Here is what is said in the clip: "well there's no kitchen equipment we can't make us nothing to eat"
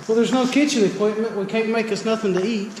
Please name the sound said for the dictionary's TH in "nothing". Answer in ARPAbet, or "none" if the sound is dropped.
TH